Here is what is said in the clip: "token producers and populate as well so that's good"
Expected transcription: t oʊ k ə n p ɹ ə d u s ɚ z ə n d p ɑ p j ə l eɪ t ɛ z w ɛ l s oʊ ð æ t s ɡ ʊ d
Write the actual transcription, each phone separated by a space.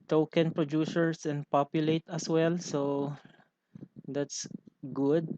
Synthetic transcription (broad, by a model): t oʊ k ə n p ɹ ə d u s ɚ s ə n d p ɑ p j ə l eɪ t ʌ s w ɛ l s oʊ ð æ t s ɡ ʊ d